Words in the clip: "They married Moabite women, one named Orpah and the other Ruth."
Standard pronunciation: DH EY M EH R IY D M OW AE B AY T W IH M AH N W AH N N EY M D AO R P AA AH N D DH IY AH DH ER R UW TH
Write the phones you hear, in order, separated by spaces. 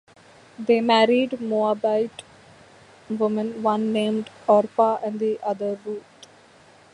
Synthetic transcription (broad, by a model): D EY M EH R IY D M OW AE B AY T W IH M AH N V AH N N EY M D AO R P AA AH N D IY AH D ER R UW T